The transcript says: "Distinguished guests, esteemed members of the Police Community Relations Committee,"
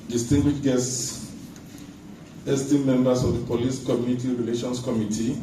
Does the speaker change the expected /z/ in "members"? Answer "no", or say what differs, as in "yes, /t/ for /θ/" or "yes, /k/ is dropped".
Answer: yes, /s/ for /z/